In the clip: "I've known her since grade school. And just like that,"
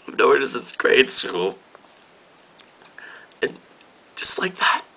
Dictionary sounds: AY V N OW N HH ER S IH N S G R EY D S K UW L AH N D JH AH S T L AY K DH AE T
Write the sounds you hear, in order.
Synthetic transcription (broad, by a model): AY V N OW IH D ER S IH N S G R EY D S UW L AH N D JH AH S T L AY K DH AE T